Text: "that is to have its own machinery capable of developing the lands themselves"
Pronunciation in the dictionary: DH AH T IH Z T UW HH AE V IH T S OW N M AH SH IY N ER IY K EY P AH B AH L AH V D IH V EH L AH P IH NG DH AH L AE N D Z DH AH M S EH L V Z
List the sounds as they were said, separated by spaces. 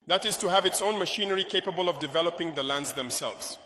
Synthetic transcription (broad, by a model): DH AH T IH Z T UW HH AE V IH T S OW N M AH SH IY N ER IY K EY P AH B AH L AH V D IH V EH L AH P IH NG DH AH L AE N D Z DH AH M S EH L V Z